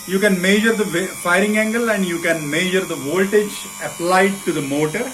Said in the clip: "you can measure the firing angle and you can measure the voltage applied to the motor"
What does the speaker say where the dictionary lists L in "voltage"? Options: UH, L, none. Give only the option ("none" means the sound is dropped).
L